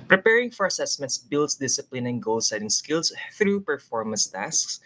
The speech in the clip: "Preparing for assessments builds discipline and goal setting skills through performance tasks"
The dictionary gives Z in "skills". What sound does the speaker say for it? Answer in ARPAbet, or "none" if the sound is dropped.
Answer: S